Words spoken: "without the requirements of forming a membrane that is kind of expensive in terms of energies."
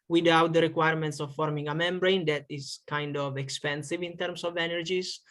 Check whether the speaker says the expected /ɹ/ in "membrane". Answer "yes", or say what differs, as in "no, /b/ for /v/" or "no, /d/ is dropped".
yes